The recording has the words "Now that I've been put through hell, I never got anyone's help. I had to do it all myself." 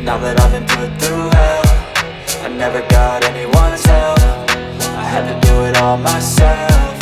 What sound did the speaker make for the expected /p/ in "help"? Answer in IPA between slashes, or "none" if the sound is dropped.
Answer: /f/